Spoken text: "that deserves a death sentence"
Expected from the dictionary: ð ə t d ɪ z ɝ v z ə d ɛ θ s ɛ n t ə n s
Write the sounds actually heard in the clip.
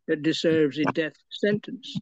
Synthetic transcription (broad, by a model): ð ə t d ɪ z ɝ v z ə d ɛ θ s ɛ n t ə n s